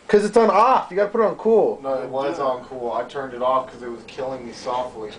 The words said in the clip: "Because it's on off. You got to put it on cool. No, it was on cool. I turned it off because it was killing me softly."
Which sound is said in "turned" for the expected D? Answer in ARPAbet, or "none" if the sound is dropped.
D